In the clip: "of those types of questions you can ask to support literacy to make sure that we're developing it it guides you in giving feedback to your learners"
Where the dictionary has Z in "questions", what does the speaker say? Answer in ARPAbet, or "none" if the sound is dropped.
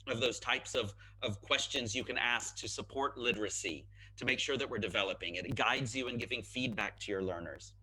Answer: Z